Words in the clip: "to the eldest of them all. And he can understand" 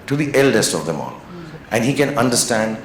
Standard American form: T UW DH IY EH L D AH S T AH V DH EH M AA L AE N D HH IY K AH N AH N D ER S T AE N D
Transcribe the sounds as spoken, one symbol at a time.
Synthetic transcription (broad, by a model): T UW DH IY EH L D AH S T AH V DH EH M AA L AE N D HH IY K AH N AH N D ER S T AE N D